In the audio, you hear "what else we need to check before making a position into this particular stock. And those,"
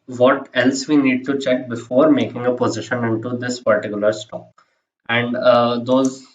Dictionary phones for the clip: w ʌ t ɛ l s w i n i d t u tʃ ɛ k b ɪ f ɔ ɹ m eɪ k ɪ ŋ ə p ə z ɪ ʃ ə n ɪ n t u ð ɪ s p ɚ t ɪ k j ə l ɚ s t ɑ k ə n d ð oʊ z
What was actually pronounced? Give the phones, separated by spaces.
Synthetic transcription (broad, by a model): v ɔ t ɛ l s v i n i d t u tʃ ɛ k b ɪ f ɔ ɹ m eɪ k ɪ ŋ ə p ə z ɪ ʃ ə n ɪ n t u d ɪ s p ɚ t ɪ k j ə l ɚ s t ɑ k ə n d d oʊ z